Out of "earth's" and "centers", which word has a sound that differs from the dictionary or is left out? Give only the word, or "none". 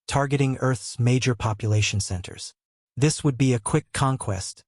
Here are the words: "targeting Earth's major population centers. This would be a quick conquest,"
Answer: none